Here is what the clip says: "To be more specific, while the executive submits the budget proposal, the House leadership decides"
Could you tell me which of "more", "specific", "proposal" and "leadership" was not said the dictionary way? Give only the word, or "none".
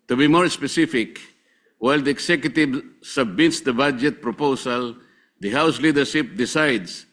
proposal